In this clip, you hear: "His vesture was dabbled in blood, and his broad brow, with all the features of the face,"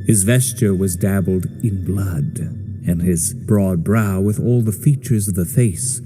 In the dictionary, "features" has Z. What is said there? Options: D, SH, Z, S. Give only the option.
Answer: Z